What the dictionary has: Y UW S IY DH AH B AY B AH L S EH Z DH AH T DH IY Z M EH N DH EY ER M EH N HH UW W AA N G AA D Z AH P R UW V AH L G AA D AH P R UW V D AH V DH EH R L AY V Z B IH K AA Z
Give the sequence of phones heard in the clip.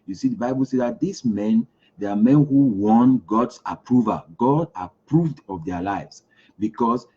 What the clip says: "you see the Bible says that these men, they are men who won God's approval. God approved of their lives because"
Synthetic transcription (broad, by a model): Y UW S IY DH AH B AY B AH L S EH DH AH T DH IY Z M EH N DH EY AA M EH N HH UW W AA N G AA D S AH P R UW V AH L G AA D AH P R UW V D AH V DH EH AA L AY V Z B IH K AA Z